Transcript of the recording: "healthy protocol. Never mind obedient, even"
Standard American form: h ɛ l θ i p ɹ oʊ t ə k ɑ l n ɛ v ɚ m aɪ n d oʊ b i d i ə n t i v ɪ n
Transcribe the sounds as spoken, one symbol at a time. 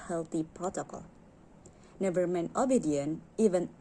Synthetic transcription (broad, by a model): h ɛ l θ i p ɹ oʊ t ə k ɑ l n ɛ v ɚ m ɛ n oʊ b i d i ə n i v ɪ n